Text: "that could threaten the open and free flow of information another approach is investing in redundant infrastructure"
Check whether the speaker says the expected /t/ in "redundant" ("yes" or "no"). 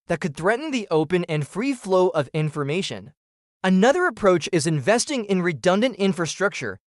yes